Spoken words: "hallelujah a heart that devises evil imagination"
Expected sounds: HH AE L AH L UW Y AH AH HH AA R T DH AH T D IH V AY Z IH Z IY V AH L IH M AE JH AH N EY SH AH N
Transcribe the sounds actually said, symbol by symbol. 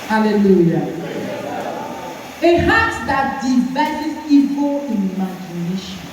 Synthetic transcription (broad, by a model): HH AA L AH L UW Y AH AH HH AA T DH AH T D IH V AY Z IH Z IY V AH N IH M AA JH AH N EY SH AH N